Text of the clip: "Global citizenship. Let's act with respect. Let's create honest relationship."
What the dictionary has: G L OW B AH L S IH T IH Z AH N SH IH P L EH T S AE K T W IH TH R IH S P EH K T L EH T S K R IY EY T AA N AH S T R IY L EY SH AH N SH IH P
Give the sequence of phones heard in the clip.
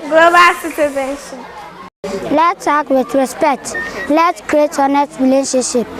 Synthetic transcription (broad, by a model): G L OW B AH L S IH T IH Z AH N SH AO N L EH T AA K W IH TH R IH S P EH K T L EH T K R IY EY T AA N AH T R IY L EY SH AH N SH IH P